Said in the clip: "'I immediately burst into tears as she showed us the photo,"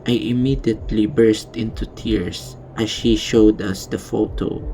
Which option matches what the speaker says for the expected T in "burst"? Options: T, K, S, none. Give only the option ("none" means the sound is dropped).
T